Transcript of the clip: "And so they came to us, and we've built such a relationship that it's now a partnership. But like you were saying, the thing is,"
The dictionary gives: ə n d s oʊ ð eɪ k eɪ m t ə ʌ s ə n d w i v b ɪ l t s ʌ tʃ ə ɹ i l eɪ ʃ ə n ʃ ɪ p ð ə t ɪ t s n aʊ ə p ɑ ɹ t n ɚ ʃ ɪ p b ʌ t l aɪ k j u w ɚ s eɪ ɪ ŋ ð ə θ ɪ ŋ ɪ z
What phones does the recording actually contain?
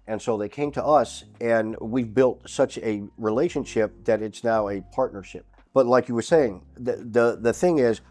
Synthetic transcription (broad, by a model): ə n s oʊ ð eɪ k eɪ m t ə ʌ s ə n w i v b ɪ l t s ʌ tʃ ə ɹ i l eɪ ʃ ə n ʃ ɪ p ð ə t ɪ t s n aʊ ə p ɑ ɹ t n ɚ ʃ ɪ p b ʌ t l aɪ k j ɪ w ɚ s eɪ ɪ ŋ ð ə θ ɪ ŋ ɪ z